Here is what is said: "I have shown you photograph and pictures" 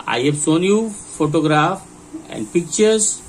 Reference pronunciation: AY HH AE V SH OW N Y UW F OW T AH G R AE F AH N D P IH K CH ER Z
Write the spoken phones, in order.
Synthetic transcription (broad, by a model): AY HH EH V S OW N Y UW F OW T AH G R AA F AH N D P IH K CH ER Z